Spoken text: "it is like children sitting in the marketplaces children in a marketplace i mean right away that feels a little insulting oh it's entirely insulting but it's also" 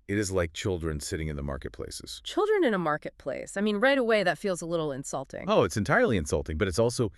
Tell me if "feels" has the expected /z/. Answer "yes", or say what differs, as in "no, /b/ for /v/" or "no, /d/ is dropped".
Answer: yes